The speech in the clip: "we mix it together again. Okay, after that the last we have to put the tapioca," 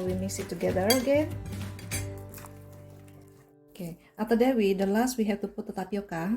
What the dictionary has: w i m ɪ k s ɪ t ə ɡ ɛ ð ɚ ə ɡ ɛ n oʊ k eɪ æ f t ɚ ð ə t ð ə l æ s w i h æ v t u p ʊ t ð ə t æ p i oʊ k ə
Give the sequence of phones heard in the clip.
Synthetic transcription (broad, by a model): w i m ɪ s ɪ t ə ɡ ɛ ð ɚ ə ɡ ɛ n oʊ k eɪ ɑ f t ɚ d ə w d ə l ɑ s w i h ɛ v t u p ʊ t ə t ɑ p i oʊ k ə